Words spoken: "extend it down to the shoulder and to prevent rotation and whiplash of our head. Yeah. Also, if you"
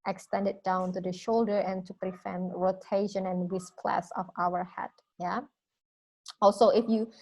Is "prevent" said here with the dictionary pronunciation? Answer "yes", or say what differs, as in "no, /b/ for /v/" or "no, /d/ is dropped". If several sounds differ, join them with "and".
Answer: no, /f/ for /v/